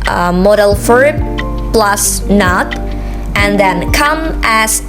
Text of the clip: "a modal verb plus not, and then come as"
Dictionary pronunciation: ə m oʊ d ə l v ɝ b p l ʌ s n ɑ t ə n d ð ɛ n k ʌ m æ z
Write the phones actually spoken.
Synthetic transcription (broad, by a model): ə m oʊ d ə l f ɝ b p l ʌ s n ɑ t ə n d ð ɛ n k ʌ m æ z